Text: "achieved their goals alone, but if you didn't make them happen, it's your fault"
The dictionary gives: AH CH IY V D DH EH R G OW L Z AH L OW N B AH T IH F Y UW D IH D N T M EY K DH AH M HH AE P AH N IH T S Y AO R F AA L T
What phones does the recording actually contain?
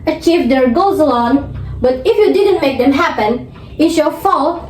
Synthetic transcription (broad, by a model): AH CH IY V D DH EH R G OW Z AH L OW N B AH T IH F Y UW D IH D N T M EY K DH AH M HH AE P AH N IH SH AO F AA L